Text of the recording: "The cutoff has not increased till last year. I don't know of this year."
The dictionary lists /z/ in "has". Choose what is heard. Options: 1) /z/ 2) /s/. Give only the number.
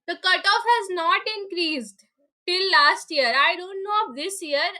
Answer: 1